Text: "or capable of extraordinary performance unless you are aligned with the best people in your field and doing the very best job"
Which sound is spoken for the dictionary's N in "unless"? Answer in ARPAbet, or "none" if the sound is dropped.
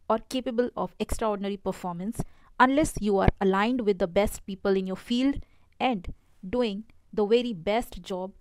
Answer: N